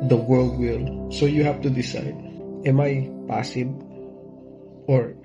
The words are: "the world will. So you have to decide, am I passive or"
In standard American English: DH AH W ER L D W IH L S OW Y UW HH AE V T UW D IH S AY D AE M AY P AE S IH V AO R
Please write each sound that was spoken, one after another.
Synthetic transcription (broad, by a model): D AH W ER L D W IH L S OW Y UW HH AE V T UW D IH S AY D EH M AY P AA S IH B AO R